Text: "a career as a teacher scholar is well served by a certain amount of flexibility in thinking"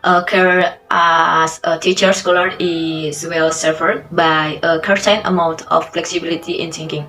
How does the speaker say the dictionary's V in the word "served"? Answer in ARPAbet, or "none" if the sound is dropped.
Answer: none